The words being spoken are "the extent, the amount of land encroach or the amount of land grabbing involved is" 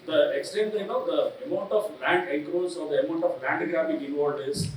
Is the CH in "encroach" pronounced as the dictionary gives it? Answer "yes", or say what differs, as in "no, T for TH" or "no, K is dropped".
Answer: no, S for CH